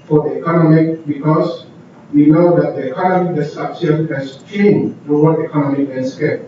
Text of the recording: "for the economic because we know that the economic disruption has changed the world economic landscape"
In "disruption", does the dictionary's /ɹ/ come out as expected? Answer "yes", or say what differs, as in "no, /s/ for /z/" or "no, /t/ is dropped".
no, /ɹ/ is dropped